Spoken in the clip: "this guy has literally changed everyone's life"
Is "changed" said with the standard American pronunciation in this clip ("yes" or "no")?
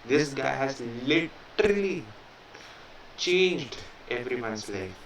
yes